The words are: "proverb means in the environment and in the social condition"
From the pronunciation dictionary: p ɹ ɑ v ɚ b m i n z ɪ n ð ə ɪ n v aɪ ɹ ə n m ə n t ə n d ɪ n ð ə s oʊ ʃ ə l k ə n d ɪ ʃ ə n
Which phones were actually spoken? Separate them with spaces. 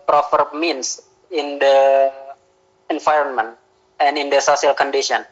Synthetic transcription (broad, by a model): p ɹ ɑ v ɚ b m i n s ɪ n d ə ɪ n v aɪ ɹ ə n m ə n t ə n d ɪ n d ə s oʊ s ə l k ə n d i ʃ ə n